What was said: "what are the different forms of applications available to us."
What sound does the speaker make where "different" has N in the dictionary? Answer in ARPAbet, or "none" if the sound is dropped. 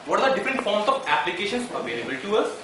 N